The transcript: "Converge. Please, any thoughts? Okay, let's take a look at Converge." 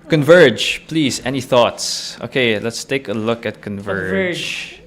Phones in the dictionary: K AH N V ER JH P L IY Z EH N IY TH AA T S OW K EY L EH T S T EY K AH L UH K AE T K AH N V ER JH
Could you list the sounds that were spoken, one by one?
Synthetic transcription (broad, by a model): K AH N V ER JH P L IY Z EH N IY TH AA T S OW K EY L EH T S T EY K AH L UH K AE T K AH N V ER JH